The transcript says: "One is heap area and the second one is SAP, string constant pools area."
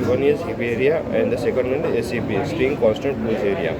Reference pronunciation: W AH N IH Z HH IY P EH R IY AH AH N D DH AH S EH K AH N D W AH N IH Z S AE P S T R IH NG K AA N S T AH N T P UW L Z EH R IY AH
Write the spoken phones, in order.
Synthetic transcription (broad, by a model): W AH N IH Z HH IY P EH R IY AH AH N D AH S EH K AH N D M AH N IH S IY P S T R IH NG K AA N S T AH N T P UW Z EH R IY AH